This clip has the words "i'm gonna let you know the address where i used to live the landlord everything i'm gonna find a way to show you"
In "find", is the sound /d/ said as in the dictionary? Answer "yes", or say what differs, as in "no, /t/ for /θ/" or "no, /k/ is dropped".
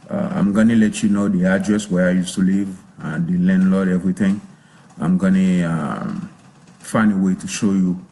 no, /d/ is dropped